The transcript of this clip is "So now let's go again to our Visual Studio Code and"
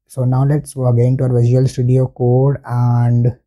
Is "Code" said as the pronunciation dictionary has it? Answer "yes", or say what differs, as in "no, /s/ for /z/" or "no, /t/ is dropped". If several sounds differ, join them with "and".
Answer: yes